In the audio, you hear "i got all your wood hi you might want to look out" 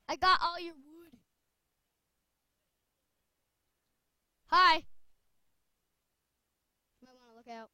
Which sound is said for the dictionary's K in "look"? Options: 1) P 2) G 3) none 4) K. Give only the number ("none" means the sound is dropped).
4